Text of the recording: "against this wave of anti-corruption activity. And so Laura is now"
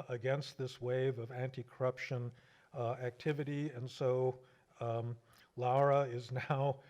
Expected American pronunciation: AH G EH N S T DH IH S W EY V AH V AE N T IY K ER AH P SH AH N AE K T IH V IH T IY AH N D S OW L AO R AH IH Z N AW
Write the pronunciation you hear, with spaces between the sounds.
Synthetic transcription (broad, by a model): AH G EH N S T DH IH S W EY V AH V AE N T IY K ER AH P SH AH N AE K T IH V IH T IY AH N S OW L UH R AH IH Z N AW